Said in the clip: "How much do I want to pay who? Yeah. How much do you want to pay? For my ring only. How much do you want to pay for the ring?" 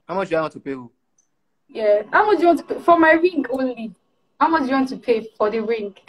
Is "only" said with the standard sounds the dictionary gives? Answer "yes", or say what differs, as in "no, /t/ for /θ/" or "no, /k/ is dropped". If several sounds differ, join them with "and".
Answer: yes